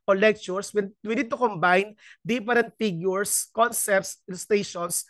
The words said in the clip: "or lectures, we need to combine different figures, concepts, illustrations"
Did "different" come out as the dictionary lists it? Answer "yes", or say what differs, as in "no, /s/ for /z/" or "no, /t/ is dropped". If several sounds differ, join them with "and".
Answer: no, /p/ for /f/